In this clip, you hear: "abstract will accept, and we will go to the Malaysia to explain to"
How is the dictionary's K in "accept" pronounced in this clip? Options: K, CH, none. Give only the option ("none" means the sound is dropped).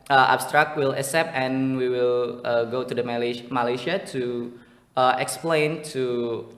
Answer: none